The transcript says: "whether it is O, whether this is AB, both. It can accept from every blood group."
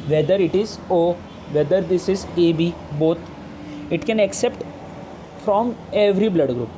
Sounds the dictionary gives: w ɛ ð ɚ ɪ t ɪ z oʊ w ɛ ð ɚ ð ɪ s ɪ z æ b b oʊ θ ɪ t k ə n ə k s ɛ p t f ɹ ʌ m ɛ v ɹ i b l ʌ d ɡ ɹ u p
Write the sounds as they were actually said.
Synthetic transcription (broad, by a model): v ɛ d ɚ ɪ t ɪ z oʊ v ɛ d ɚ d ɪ s ɪ z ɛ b b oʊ t ɪ t k ə n ə k s ɛ p t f ɹ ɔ m ɛ v ɹ i b l ʌ d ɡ ɹ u p